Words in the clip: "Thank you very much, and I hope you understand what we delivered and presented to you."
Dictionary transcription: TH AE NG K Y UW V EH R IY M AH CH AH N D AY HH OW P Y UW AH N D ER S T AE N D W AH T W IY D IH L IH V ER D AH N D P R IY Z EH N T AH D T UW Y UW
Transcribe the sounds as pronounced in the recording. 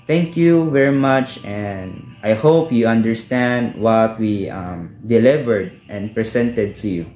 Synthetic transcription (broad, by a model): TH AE NG K Y UW V EH R IY M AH CH AH N D AY HH OW P Y UW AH N D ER S T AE N D W AH T W IY D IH L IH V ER D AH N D P R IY S EH N T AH D T UW Y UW